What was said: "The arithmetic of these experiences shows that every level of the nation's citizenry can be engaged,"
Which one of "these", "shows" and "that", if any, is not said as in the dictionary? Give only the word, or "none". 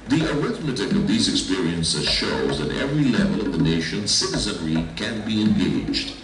none